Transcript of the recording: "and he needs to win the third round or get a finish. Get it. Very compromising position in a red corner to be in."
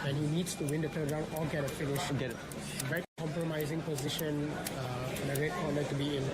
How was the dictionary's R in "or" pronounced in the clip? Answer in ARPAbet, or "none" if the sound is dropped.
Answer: L